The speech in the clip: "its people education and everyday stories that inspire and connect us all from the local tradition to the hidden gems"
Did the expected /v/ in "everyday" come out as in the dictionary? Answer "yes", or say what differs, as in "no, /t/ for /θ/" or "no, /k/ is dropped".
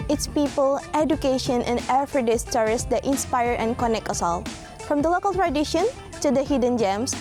no, /f/ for /v/